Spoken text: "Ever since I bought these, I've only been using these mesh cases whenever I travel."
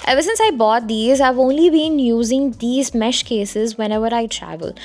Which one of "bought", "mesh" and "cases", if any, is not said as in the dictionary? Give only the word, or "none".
none